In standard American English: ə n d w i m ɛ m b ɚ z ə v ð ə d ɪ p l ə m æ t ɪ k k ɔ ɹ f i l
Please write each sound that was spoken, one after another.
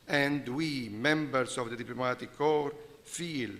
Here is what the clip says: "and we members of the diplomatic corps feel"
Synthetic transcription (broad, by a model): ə n d w i m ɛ m b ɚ s ə v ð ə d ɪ p l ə m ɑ t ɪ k k ɔ ɹ f i l